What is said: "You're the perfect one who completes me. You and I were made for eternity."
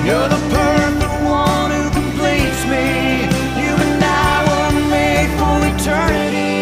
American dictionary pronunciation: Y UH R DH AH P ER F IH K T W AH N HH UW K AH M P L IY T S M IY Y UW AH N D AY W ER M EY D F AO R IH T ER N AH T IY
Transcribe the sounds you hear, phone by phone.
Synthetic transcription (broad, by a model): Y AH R DH AH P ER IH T W AH N HH UW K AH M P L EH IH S M IY Y UW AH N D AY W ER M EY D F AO L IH T ER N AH T IY